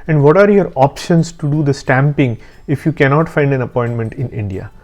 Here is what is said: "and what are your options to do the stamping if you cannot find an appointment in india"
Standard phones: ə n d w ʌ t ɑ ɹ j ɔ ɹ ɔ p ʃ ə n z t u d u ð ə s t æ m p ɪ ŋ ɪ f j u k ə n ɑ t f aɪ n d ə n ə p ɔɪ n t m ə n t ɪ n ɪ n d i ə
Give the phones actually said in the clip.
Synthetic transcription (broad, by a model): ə n d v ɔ t ɑ ɹ j ɔ ɹ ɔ p ʃ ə n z t u d u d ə s t æ m p ɪ ŋ ɪ f j u k ə n ɑ t f aɪ n d ə n ə p ɔɪ n t m ə n t ɪ n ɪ n d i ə